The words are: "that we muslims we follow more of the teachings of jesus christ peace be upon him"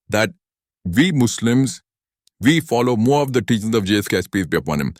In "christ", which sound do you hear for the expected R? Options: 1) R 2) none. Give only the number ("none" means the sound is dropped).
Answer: 2